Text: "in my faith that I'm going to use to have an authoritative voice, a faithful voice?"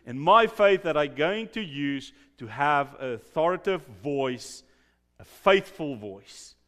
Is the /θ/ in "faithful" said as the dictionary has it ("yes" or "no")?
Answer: yes